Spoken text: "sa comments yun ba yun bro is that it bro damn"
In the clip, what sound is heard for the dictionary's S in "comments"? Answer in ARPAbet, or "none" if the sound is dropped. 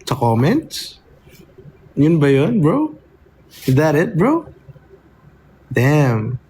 none